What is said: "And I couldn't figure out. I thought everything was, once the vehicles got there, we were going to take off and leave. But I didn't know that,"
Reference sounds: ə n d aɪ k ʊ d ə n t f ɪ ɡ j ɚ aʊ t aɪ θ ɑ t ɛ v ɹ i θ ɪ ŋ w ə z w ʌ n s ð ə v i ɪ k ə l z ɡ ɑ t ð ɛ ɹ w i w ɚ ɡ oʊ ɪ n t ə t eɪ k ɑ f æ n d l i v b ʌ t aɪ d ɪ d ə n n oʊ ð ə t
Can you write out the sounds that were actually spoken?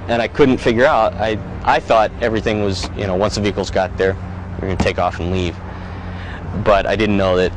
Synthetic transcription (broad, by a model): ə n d aɪ k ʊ d n t f ɪ ɡ j ɚ aʊ t aɪ θ ɑ t ɛ v ɹ i θ ɪ ŋ w ə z w ʌ n s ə v i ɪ k l z ɡ ɑ t ð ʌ ɹ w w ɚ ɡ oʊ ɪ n t ə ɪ k ɑ f n l i v b ʌ t aɪ d ɪ d n n oʊ ð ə t